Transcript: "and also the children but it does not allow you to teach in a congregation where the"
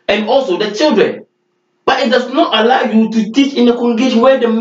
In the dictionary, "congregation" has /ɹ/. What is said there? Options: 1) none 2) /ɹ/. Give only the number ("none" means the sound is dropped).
1